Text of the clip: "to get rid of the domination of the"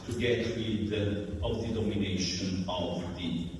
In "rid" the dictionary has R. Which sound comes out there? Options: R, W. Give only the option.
W